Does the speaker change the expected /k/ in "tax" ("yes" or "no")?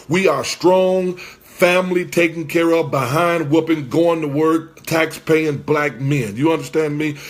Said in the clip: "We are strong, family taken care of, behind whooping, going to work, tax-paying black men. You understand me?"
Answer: no